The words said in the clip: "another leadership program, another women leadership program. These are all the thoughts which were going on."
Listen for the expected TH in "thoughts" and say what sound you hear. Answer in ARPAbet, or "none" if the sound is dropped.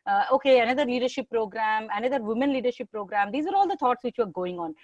T